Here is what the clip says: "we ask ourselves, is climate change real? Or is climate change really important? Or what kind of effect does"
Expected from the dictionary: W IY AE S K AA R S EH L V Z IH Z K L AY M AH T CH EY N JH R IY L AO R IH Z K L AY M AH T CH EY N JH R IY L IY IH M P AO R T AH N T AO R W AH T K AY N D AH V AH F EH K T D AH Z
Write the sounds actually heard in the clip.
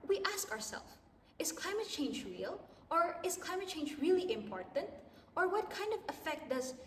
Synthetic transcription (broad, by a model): W IY AE S K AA R S EH L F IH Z K L AY M AH T CH EY N JH R IY L AO R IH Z K L AY M AH T CH EY N JH R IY L IY IH M P AO R T AH N T AO R W AH T K AY N D AH V AH F EH K T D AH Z